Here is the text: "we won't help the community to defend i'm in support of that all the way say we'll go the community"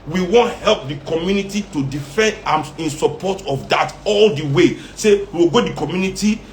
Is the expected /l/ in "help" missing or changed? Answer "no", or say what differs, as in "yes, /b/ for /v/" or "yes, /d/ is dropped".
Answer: no